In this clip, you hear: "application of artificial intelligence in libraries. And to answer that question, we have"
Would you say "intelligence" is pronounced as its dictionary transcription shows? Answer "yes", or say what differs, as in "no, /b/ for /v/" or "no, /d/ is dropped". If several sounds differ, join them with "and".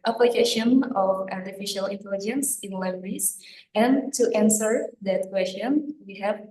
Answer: yes